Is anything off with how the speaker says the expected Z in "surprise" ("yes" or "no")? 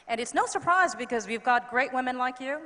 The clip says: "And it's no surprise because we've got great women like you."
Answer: no